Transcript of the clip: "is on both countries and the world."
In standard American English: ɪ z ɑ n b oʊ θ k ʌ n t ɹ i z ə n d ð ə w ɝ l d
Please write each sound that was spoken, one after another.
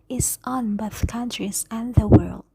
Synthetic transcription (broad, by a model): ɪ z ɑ n b oʊ θ k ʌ n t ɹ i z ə n ð ə w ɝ l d